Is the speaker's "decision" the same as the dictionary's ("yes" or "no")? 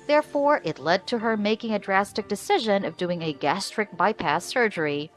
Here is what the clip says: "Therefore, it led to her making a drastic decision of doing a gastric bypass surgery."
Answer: yes